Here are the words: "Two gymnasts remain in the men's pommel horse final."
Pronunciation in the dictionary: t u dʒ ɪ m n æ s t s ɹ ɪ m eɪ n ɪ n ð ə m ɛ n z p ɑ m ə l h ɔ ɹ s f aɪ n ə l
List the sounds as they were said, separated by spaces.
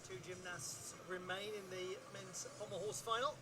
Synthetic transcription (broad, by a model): t u dʒ ɪ m n æ s t s ɹ ɪ m eɪ n ɪ n ð ə m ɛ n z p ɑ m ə h ɔ s f aɪ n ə l